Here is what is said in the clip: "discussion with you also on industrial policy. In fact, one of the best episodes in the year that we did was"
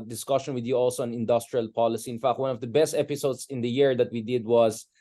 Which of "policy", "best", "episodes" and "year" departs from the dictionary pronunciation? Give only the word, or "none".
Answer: episodes